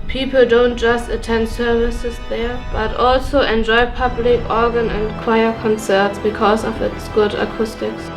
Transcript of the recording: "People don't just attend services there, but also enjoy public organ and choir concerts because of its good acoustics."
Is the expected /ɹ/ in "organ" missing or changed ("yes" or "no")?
no